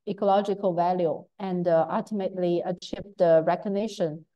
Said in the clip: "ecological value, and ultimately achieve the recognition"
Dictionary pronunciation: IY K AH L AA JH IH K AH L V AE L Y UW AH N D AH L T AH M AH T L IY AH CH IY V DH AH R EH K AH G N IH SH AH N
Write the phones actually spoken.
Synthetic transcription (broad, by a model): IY K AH L AA JH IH K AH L V AE L Y UW AH N D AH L T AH M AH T L IY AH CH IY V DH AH R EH K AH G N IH SH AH N